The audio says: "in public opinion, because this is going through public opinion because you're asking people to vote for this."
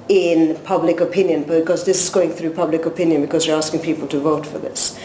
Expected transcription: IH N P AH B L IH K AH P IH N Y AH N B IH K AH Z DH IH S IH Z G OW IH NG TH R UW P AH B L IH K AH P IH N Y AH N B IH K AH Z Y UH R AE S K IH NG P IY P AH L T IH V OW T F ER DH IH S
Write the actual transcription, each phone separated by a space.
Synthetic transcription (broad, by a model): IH N P AH B L IH K AH P IH N Y AH N B IH K AH Z DH IH S IH Z G OW IH NG TH R UW P AH B L IH K AH P IH N Y AH N B IH K AH Z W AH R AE S K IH NG P IY P AH L T IH V OW T F ER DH IH S